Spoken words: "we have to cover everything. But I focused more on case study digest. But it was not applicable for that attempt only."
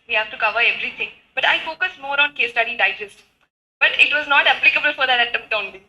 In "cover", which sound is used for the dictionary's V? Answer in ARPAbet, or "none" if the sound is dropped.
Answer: V